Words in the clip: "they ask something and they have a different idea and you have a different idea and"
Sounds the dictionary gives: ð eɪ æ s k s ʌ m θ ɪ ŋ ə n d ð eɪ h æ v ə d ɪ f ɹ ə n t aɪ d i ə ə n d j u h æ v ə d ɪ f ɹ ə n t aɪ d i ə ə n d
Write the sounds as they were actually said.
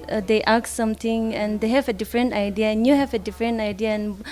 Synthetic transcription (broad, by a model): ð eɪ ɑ k s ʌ m t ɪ ŋ ə n d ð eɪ h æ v ə d ɪ f ɹ ə n t aɪ d i ə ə n j u h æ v ə d ɪ f ɹ ə n t aɪ d i ə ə n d